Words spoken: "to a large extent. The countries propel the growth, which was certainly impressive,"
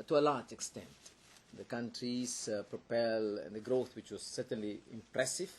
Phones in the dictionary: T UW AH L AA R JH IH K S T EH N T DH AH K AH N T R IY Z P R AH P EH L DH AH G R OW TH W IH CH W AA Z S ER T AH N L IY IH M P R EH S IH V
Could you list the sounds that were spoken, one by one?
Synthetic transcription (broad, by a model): T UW AH L AA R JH IH K S T EH N T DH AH K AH N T R IY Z P R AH P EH L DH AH G R OW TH W IH CH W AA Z S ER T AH N L IY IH M P R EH S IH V